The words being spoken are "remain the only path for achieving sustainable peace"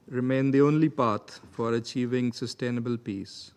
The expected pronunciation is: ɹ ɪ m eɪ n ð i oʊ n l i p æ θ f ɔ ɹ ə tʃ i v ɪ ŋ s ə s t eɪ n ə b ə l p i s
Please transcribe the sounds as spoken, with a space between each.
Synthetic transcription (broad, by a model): ɹ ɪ m eɪ n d i oʊ n l i p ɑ t f ɔ ɹ ə tʃ i v ɪ ŋ s ə s t eɪ n ə b ə l p i s